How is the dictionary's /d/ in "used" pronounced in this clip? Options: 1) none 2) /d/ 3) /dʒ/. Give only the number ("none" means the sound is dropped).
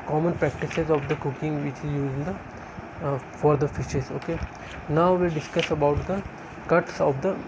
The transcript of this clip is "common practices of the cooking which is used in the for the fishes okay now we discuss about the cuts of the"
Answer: 1